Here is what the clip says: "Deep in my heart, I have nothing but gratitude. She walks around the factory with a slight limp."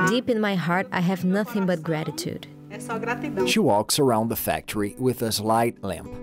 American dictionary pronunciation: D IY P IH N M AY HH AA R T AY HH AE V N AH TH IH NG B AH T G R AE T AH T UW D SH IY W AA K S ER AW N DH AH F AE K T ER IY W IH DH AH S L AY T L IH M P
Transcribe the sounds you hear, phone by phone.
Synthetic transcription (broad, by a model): D IY P IH N M AY HH AA R T AY HH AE V N AH TH IH NG B AH T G R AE T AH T UW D SH IY W AA K S ER AW N DH AH F AE K T ER IY W IH DH AH S L AY T L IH M P